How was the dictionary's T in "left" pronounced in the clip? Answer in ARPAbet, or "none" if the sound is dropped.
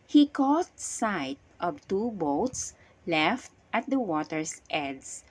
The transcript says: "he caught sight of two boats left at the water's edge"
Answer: T